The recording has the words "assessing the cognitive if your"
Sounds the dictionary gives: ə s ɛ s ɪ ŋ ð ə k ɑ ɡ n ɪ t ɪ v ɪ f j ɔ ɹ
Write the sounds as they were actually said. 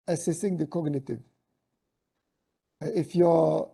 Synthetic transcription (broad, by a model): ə s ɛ s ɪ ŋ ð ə k ɑ ɡ n ɪ t ɪ v ɪ f j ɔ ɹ